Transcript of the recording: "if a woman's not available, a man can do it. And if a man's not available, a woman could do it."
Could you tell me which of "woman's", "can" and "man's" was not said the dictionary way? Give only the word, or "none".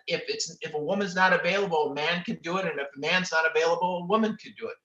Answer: none